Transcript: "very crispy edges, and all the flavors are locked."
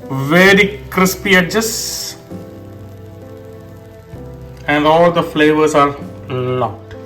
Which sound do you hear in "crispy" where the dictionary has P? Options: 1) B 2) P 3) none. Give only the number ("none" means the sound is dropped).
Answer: 2